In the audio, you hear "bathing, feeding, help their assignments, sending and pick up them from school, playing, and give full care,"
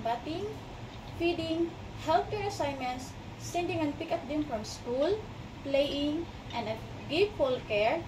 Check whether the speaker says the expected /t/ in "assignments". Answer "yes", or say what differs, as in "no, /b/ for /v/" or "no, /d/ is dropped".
no, /s/ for /t/